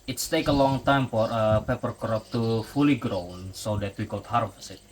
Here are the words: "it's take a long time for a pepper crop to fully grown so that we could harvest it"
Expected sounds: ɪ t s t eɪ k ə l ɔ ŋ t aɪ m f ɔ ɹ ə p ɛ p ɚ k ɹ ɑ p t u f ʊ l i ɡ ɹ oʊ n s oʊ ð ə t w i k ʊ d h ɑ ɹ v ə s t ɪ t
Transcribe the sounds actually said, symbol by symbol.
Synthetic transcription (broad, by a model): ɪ t s t eɪ k ə l ɔ ŋ t aɪ m f ɔ ɹ ə p ɛ p ɚ k ɹ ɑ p t u f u l i ɡ ɹ oʊ n s oʊ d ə t w i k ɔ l h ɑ ɹ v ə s ɪ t